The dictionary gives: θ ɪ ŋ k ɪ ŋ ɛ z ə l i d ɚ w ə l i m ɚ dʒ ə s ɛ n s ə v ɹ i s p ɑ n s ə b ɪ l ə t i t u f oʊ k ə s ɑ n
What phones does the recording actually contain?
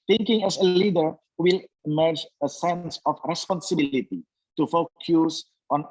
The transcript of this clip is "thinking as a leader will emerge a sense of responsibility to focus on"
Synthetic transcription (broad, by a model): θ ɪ ŋ k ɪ ŋ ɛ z ə l i d ɚ w ə l i m ɚ dʒ ə s ɛ n s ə f ɹ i s p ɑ n s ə b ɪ l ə t i t u f oʊ k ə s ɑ n